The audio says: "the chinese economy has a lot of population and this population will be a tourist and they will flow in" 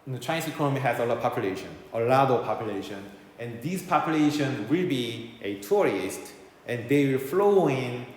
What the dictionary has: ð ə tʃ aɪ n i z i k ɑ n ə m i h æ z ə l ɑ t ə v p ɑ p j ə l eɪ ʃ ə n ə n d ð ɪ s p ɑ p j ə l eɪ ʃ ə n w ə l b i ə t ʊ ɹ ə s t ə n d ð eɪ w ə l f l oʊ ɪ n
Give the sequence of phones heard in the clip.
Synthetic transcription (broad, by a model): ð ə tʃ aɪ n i s i k ɑ n ə m i h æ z ə l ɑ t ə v p ɑ p j ə l eɪ ʃ ə n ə n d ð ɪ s p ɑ p j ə l eɪ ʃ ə n w ə l b i ə t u ɹ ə s t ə n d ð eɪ w ə l f l oʊ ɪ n